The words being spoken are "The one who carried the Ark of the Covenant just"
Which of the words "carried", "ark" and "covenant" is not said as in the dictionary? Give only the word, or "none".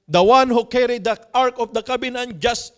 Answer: covenant